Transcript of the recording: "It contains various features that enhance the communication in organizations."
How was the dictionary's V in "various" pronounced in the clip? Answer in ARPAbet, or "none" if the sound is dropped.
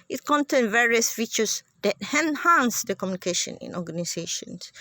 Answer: V